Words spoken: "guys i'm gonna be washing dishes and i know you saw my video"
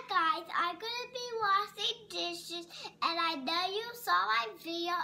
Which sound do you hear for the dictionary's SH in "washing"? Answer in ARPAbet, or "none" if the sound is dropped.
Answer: S